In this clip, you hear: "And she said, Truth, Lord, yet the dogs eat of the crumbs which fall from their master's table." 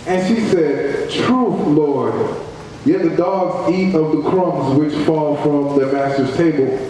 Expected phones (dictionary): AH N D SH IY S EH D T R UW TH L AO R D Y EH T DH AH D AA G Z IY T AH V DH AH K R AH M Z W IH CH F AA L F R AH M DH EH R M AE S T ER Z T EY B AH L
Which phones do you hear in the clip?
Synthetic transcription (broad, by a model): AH N SH IY S EH D T R UW TH L AO R D Y EH T DH AH D AA G Z IY T AH V DH AH K R AH M Z W IH CH F AA L F R AH M DH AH M AE S T ER Z T EY B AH L